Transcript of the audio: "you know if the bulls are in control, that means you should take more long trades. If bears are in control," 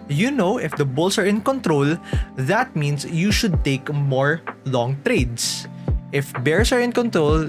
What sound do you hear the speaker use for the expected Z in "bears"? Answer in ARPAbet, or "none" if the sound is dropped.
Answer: S